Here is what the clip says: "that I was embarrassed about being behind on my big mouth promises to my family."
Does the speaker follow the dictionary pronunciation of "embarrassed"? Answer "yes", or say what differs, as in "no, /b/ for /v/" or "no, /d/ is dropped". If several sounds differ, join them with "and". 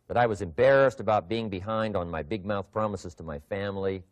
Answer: yes